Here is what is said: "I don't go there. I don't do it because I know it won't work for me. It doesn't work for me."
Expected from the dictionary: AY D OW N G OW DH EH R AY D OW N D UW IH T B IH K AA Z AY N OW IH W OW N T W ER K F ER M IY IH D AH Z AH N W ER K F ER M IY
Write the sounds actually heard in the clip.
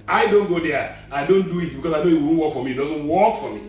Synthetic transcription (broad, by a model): AY D OW N G OW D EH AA AY D OW N D UW IH T B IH K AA S AY N OW IH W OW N W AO K F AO M IY D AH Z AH N W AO K F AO M IY